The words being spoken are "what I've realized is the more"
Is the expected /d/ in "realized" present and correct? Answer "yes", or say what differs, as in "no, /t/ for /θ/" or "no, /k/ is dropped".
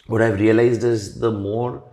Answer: yes